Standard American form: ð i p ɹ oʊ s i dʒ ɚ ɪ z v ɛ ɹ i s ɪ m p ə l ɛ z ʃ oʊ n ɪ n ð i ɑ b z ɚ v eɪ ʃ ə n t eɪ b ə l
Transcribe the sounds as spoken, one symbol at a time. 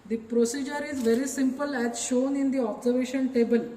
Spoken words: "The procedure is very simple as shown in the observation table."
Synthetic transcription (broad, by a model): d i p ɹ oʊ s i dʒ ɚ ɪ z v ɛ ɹ i s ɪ m p ə l ɛ z ʃ oʊ n ɪ n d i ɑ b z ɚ v eɪ ʃ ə n t eɪ b ə l